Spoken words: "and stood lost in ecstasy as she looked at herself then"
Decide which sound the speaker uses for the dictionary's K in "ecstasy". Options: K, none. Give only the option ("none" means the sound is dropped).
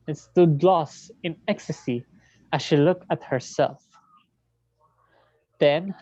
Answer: K